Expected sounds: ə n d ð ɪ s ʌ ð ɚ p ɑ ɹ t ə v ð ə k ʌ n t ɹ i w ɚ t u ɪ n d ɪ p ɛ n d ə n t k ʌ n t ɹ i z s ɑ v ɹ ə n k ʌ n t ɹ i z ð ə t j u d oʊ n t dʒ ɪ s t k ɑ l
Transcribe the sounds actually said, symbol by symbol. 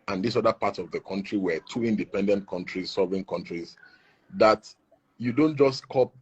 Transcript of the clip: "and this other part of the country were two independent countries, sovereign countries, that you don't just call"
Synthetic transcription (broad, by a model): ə n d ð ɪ s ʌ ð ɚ p ɑ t ə v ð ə k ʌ n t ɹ i w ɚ t u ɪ n d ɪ p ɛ n d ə n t k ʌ n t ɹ i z s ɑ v ə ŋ k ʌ n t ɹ i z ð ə t j u d oʊ n t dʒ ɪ s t k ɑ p